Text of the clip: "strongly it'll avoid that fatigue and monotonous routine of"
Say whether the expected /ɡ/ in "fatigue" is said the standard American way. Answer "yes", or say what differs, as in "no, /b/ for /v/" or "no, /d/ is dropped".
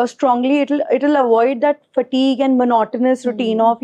yes